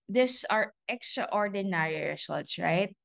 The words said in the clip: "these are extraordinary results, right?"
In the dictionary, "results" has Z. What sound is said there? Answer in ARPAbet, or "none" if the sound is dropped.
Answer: S